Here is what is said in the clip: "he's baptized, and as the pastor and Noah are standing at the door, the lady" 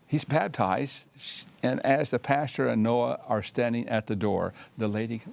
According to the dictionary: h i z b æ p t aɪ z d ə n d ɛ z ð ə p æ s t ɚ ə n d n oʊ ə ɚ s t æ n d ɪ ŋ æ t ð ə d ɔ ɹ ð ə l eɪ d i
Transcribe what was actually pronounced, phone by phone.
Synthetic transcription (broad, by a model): h i z b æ b t aɪ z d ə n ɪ z ð ə p æ s t ɚ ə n n oʊ ə ɚ s t æ n d ɪ ŋ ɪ t ð ə d ɔ ɹ ð ə l eɪ d i